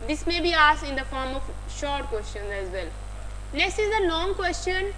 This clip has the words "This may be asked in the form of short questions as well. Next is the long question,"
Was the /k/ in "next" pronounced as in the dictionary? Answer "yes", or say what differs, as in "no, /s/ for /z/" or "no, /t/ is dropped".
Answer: no, /k/ is dropped